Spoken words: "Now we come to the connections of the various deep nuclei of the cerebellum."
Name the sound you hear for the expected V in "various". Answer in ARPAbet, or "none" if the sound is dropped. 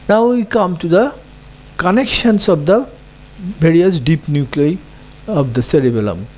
B